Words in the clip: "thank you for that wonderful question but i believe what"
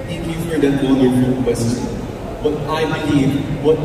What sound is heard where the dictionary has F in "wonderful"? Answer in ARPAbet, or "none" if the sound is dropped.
none